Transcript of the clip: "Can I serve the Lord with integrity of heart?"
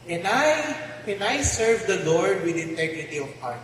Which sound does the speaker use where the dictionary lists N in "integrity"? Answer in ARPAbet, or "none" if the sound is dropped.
N